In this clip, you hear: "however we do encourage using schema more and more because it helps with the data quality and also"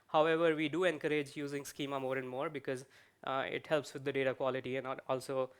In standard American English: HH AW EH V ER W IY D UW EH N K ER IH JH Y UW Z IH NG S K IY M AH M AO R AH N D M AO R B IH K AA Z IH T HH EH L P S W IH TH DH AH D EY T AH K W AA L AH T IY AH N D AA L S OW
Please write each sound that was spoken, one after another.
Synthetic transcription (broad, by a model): HH AW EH V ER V IY D UW EH N K ER IH JH Y UW Z IH NG S K IY M AH M AO R AH N D M AO R B IH K AA Z IH T HH EH L P S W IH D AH D EY T AH K W AA L AH T IY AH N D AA L S OW